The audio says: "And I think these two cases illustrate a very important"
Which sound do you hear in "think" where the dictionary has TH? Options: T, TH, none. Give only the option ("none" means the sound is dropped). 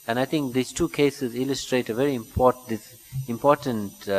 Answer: T